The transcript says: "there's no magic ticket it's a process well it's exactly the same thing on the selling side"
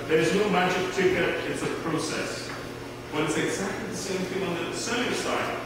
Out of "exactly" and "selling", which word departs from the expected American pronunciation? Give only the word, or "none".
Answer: selling